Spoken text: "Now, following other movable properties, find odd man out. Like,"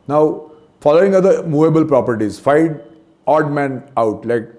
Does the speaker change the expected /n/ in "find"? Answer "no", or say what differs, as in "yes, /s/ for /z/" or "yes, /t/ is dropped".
yes, /n/ is dropped